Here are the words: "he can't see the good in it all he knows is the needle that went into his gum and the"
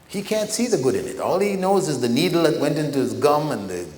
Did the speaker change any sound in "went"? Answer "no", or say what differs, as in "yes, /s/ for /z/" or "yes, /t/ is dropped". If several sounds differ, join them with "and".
no